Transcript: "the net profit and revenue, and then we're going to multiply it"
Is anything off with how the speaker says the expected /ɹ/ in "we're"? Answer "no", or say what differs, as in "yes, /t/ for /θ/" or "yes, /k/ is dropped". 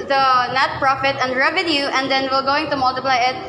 yes, /l/ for /ɹ/